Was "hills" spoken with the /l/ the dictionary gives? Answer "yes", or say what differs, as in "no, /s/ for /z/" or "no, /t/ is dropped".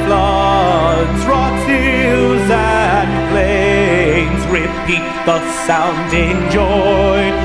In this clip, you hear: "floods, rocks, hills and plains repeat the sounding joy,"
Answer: no, /l/ is dropped